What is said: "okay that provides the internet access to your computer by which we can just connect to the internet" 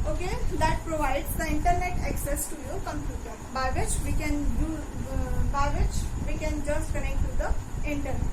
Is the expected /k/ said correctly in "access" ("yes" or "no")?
yes